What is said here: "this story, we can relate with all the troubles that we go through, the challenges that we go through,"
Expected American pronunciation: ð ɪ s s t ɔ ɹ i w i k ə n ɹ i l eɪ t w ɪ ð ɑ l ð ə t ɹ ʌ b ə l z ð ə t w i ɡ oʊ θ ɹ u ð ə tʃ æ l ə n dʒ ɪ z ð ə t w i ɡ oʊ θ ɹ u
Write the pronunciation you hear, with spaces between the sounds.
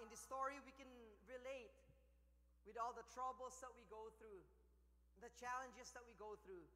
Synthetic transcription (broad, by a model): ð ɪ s s t ɔ ɹ i w i k ə n ɹ i l eɪ t w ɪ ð ɑ l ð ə t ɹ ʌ b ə l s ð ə t w i ɡ oʊ θ ɹ u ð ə tʃ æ l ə n dʒ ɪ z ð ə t w i ɡ oʊ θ ɹ u